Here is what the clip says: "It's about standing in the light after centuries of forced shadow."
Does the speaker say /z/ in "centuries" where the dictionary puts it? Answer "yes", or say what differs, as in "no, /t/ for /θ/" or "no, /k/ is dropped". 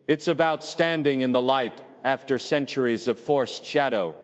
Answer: yes